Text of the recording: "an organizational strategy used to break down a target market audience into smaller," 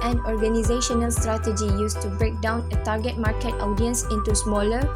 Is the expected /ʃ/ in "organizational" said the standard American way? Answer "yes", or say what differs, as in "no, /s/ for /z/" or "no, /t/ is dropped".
yes